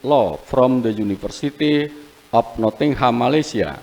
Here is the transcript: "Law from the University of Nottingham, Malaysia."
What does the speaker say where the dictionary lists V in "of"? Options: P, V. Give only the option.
P